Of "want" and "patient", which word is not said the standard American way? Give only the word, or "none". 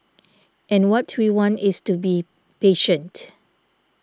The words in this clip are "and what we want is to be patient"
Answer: none